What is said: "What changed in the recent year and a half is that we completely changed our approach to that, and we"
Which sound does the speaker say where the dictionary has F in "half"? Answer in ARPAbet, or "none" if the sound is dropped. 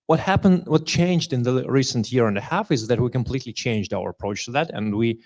F